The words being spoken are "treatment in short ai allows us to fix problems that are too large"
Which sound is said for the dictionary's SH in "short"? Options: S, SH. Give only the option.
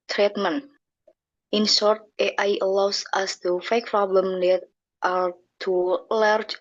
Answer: S